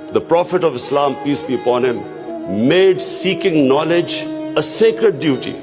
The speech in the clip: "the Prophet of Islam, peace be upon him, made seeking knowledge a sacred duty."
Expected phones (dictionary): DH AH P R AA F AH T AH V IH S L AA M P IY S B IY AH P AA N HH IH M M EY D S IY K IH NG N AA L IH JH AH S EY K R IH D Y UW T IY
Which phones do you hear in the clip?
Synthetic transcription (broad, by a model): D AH P R AA F AH T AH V IH S L AA M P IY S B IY AH P AA N HH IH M M EY D S IY K IH NG N AA L IH JH AH S EY K R IH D Y UW T IY